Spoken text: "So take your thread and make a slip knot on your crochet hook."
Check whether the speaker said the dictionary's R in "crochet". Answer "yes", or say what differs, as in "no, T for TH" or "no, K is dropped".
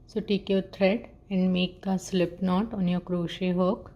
yes